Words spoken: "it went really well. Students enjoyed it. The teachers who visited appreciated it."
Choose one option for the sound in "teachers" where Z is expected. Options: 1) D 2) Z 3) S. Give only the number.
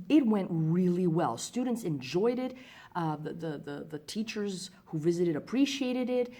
2